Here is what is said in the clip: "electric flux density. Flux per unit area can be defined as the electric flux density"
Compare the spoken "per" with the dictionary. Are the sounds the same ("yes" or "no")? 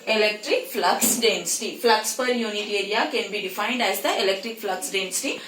yes